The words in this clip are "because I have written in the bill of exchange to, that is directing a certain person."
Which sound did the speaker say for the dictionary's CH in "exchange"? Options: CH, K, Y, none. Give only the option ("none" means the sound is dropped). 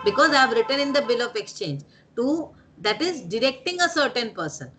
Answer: CH